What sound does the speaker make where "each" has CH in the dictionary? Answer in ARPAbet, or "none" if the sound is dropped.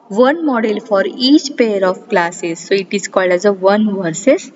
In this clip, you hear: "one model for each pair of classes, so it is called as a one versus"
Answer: CH